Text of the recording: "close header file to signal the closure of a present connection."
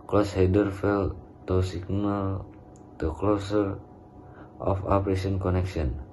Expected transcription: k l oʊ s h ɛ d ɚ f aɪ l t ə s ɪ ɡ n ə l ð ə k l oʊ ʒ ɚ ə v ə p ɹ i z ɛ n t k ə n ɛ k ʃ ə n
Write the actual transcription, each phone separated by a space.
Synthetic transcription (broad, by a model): k l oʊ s h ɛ d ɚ f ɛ l t ə s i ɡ n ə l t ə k l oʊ s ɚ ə f ə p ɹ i s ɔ n k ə n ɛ k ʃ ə n